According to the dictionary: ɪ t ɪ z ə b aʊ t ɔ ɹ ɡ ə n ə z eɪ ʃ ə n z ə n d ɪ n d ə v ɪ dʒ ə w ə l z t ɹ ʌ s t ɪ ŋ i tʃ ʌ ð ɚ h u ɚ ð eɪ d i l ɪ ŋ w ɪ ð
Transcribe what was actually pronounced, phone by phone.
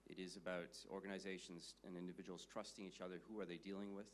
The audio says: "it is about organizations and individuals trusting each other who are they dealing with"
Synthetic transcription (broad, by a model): ɪ t ɪ z ə b aʊ t ɔ ɹ ɡ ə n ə z eɪ ʃ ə n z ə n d ɪ n d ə v ɪ dʒ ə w l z t ɹ ʌ s t ɪ ŋ i tʃ ʌ ð ɚ h u ɚ ð eɪ d i l ɪ ŋ w ɪ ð